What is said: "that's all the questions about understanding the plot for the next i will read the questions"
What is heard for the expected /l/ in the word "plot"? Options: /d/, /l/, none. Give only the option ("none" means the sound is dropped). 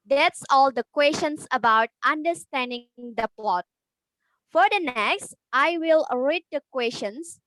/l/